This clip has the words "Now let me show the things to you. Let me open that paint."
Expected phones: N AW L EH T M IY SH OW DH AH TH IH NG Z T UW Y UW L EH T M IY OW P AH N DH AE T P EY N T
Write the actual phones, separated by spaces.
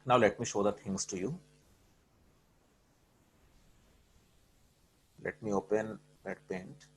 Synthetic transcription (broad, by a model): N AW L EH T M IY SH OW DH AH T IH NG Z T UW Y UW L EH T M IY OW P AH N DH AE T P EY N T